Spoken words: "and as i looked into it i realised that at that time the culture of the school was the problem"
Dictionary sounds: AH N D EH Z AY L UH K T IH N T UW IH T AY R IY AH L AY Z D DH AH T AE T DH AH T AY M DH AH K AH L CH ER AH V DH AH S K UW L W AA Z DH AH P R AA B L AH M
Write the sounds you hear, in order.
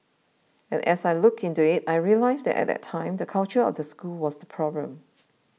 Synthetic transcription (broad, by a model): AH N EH S AY L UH K IH N T UW IH T AY R IY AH L AY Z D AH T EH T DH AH T AY M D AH K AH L CH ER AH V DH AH S K UW L W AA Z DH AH P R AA B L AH M